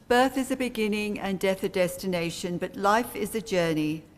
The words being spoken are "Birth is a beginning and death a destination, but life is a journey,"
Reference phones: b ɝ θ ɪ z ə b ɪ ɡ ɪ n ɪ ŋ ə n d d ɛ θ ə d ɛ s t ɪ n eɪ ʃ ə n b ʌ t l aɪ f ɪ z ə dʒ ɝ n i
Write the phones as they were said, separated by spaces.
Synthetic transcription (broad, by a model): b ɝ θ ɪ z ə b ɪ ɡ ɪ n ɪ ŋ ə n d d ɛ θ ə d ɛ s t ɪ n eɪ ʃ ə n b ʌ t l aɪ f ɪ z ə dʒ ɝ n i